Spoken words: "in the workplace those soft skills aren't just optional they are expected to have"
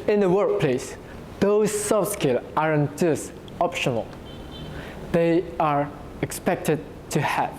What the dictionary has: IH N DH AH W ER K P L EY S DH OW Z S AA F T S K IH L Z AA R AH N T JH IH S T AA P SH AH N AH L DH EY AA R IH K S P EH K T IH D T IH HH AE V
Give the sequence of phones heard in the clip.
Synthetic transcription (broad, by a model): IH N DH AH W ER K P L EY S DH OW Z S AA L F S K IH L AA R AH N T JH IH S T AA P SH AH N AH L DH EY AA R IH K S P EH K T IH D T IH HH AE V